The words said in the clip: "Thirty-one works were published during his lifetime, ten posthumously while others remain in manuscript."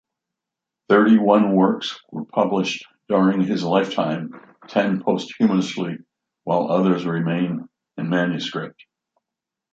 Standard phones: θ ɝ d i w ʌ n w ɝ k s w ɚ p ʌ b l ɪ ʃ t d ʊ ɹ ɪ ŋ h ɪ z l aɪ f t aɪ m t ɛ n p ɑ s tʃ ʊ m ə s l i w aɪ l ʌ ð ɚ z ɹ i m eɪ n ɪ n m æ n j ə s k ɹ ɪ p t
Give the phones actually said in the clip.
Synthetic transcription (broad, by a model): θ ɝ d i w ʌ n w ɝ k s w ɚ p ʌ b l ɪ ʃ d ʊ ɹ ɪ ŋ ɪ z l aɪ f t aɪ m t ɛ n p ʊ s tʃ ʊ m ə s l i w aɪ l ʌ ð ɚ z ɹ i m eɪ n ɪ n m æ n j ə s k ɹ ɪ p t